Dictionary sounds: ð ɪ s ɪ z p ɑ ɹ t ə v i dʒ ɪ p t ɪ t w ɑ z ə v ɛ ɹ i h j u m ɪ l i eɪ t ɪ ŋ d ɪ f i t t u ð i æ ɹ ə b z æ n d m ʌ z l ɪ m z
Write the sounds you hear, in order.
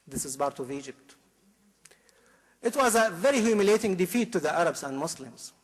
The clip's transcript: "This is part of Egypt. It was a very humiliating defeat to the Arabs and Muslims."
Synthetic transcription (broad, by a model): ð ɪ s ɪ z b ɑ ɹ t ə v i dʒ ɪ p t ɪ t w ɑ z ə v ɛ ɹ i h j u m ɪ l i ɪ t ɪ ŋ d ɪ f i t t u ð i æ ɹ ə b z æ n d m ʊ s l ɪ m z